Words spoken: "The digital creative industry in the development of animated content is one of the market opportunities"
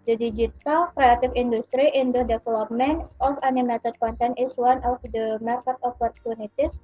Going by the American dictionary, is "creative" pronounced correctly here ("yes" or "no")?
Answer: no